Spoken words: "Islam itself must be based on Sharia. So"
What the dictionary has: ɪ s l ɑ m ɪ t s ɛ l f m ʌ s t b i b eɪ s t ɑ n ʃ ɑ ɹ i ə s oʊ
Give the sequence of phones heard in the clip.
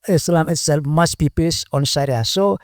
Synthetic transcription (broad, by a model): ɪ s l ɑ m ɪ t s ɛ l f m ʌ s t b i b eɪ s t ɑ n s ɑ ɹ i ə s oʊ